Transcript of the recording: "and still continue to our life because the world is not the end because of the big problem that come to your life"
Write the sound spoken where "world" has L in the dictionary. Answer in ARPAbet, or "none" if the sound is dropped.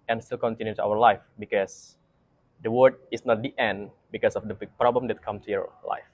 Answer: none